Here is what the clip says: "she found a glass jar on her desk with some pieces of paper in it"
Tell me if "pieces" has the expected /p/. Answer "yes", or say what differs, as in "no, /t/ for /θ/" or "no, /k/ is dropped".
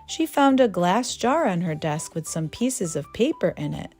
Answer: yes